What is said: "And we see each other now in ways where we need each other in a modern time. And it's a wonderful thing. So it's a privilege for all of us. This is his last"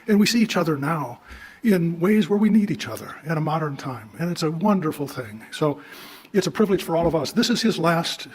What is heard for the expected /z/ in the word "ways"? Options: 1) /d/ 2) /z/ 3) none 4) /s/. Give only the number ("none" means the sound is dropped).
2